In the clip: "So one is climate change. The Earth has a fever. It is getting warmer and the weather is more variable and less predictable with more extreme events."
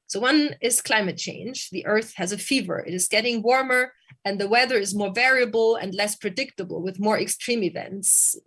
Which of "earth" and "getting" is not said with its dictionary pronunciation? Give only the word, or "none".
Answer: none